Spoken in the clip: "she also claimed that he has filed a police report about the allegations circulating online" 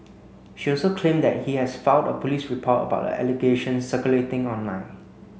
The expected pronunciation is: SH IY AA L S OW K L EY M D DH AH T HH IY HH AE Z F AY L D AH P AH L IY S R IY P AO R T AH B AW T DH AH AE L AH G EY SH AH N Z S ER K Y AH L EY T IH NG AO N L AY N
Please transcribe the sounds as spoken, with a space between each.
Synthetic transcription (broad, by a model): SH IY AA L S OW K L EY M D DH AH T HH IY HH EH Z F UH N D AH P AH L IY S R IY P AO T AH B AW T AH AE L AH G EY SH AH N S S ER K Y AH L EY T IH NG AO N L AY N